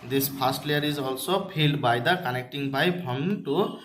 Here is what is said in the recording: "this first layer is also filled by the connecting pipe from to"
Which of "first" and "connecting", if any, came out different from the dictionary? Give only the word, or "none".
first